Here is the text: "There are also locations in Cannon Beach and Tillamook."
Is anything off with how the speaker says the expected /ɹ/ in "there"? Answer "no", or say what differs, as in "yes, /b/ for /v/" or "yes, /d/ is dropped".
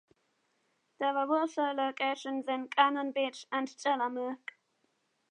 yes, /w/ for /ɹ/